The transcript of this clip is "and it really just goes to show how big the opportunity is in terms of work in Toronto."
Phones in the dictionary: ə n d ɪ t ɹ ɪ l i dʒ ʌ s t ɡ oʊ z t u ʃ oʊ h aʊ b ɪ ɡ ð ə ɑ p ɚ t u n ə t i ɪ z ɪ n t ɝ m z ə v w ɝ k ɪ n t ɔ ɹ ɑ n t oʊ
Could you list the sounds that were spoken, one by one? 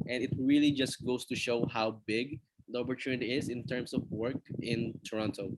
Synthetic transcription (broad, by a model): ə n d ɪ t ɹ ɪ l i dʒ ʌ s t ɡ oʊ s t u ʃ oʊ h aʊ b ɪ ɡ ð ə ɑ p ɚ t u n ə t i ɪ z ɪ n t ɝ m s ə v w ɝ k ɪ n t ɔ ɹ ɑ n t oʊ